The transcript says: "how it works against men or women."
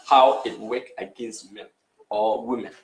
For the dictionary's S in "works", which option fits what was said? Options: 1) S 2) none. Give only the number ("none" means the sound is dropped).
2